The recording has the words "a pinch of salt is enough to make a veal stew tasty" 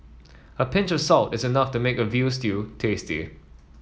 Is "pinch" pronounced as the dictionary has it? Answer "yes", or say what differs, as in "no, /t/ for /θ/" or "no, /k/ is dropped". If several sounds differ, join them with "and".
yes